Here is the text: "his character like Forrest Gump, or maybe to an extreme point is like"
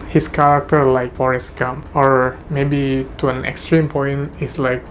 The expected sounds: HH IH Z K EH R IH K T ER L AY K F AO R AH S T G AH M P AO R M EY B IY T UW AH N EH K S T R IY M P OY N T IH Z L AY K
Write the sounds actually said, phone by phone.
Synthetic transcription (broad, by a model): HH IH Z K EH R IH K T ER L AY K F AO R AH S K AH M AO R M EY B IY T UW AH N EH K S T R IY M P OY N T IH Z L AY K